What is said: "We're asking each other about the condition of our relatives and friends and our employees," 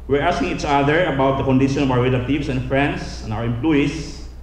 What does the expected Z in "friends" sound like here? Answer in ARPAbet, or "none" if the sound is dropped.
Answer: S